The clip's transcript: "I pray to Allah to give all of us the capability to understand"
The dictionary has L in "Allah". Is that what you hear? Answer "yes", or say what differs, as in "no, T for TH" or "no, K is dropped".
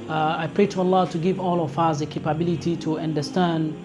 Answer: yes